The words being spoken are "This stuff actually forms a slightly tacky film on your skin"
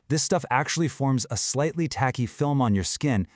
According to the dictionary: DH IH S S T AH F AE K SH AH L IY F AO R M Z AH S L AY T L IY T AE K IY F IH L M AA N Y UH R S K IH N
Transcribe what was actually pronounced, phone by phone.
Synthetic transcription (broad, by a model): DH IH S S T AH F AE K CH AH L IY F AO R M Z AH S L AY T L IY T AE K IY F IH L M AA N Y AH R S K IH N